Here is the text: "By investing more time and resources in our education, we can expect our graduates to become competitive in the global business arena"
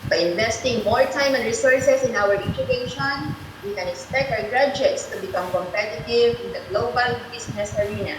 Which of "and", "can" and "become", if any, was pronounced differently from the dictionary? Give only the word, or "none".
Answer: none